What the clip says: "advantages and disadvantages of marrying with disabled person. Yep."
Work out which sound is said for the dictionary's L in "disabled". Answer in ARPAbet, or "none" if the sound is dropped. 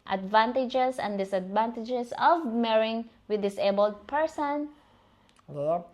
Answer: L